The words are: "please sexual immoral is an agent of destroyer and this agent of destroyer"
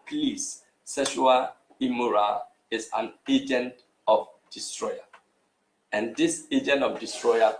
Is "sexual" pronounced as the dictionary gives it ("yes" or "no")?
no